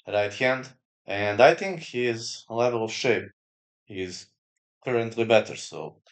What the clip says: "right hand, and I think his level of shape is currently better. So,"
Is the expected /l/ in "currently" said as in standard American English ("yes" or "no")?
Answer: yes